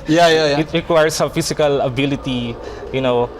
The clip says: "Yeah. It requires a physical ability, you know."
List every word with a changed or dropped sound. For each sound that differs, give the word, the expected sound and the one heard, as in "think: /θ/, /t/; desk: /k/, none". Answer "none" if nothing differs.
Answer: requires: /z/, /s/; physical: /z/, /s/